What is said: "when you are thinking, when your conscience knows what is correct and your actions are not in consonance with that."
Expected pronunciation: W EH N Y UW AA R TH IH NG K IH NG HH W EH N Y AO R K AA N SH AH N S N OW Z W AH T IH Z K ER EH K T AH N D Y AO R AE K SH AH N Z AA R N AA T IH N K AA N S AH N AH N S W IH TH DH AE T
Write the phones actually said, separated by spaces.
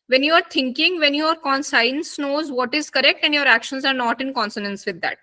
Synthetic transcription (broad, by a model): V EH N Y UW AA R T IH NG K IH NG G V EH N Y AO R K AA N S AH N S N OW Z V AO T IH Z K ER EH K T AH N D Y AO R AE K SH AH N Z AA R N AA T IH N K AA N S AH N AH N S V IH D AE T